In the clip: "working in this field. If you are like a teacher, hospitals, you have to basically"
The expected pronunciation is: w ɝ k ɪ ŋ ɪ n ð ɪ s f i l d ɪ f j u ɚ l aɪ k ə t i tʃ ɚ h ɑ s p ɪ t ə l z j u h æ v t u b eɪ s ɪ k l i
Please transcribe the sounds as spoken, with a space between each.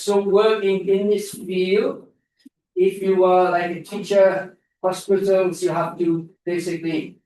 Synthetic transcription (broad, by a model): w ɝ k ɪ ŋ ɪ n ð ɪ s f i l ɪ f j u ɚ l aɪ k ə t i tʃ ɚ h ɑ s p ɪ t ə l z j u h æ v t u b eɪ s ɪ k l i